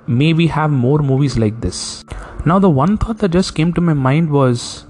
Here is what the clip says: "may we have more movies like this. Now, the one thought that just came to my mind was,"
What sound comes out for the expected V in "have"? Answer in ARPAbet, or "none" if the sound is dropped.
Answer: V